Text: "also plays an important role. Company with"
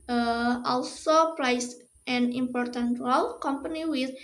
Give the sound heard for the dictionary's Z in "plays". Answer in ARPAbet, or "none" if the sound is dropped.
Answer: S